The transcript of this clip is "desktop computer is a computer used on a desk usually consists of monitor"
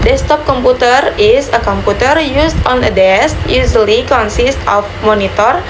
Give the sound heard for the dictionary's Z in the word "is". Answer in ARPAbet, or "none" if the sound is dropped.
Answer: S